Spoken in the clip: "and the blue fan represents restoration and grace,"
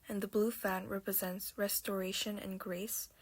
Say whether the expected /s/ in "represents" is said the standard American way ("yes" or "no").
yes